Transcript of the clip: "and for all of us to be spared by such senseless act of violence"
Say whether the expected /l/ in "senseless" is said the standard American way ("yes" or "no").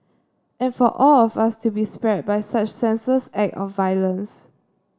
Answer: no